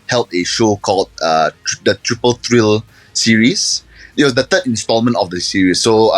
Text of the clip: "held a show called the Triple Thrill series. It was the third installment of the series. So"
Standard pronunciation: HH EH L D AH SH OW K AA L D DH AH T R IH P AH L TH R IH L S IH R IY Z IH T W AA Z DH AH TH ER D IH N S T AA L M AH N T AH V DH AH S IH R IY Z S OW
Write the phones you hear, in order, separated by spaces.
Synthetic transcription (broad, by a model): HH EH L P AH SH OW K AA L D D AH T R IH P AH L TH R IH L S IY R IY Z IH T W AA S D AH T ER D IH N S T AA L M AH N T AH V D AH S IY R IY S OW